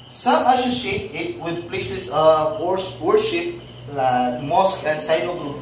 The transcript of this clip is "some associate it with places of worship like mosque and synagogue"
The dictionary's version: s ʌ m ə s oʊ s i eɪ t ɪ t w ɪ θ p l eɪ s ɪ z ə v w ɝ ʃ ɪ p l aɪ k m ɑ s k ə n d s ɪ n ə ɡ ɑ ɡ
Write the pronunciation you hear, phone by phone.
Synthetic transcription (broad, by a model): s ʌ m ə s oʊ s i eɪ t ɪ t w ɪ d p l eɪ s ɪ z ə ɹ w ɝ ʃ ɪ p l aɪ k m ɑ s k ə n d s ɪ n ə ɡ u